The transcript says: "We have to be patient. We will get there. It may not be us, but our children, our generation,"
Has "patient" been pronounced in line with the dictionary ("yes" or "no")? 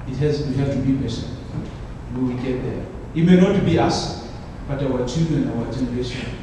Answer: no